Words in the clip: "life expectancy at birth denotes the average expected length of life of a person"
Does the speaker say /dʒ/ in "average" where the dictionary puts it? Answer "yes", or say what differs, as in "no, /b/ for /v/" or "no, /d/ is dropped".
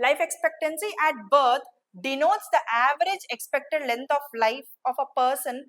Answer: yes